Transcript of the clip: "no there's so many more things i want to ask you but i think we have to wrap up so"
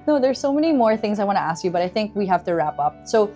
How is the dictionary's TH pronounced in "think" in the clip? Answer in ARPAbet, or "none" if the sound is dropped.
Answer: TH